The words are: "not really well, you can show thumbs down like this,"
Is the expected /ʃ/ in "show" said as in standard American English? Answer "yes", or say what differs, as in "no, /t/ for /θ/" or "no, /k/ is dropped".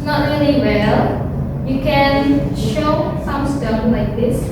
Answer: yes